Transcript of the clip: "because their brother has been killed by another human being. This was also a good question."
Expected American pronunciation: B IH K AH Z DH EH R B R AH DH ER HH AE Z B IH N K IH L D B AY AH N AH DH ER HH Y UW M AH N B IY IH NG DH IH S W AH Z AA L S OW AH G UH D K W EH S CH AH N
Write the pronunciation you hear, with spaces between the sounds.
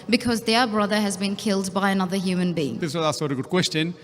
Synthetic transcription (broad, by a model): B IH K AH Z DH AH R B R AH DH ER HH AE Z B IH N K IH L D B AY AH N AH DH ER HH Y UW M AH N B IY IH NG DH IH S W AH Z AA S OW AH G UH D K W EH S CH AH N